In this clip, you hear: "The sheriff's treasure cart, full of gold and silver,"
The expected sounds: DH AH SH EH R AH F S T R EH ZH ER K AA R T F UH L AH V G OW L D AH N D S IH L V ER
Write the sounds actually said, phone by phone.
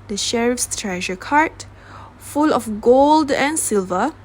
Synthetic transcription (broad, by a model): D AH SH EH R AH F S T R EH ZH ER K AA R T F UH L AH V G OW L D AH N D S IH L V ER